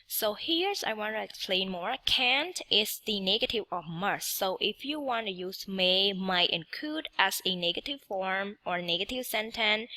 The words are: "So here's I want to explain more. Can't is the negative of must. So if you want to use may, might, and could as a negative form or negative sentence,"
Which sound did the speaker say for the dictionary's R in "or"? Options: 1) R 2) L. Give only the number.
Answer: 1